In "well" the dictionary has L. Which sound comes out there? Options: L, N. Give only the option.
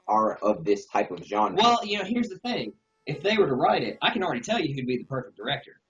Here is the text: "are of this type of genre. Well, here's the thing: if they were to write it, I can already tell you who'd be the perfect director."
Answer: N